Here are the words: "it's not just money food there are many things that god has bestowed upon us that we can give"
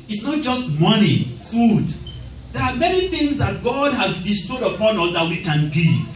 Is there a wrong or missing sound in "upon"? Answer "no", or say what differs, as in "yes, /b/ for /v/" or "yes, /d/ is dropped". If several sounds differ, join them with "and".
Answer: no